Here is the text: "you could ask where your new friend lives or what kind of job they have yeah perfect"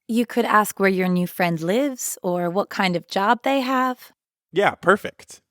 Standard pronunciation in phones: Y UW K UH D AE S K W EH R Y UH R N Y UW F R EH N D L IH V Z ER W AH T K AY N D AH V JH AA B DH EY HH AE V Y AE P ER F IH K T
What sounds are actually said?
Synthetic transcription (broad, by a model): Y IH K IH D AE S K W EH R Y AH R N Y UW F R EH N D L IH V Z ER W AH T K AY N D AH V JH AA B DH EY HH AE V Y AE P ER F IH K T